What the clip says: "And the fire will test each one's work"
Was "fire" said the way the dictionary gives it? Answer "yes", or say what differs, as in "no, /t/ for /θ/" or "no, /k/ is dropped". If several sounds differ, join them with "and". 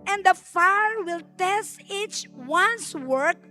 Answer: yes